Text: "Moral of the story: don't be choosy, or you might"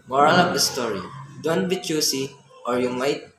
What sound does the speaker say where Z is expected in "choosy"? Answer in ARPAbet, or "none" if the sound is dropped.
S